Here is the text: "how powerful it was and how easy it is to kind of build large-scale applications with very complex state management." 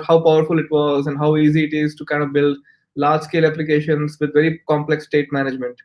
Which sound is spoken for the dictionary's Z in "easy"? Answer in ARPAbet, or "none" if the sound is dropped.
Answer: Z